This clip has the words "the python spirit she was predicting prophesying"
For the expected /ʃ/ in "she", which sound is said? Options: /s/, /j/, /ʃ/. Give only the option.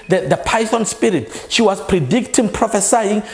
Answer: /ʃ/